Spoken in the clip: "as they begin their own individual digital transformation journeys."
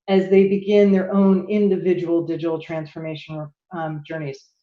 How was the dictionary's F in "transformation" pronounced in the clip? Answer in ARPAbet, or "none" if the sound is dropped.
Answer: F